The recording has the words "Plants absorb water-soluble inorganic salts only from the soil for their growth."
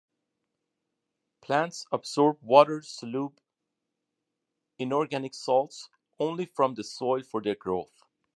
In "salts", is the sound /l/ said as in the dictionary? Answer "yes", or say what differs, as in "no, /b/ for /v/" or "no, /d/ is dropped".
yes